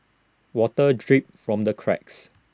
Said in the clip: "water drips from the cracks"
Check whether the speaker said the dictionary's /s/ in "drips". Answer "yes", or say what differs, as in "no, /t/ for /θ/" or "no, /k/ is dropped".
no, /s/ is dropped